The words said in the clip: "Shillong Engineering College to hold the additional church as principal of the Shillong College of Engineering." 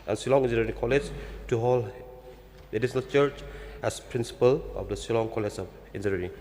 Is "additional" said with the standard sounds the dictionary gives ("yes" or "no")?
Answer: no